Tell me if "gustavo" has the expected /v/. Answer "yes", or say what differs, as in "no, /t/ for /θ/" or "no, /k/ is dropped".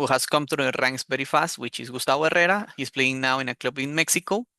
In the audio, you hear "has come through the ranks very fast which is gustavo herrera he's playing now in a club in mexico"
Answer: no, /b/ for /v/